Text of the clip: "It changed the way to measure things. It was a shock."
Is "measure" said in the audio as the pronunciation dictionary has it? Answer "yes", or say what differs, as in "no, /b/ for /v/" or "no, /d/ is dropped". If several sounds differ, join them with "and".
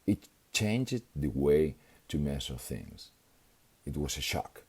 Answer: no, /s/ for /ʒ/